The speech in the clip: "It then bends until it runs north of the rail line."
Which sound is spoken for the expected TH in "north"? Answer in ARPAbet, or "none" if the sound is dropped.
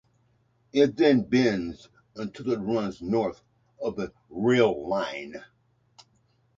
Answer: TH